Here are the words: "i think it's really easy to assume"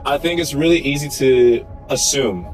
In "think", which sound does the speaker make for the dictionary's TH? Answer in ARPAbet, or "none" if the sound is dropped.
TH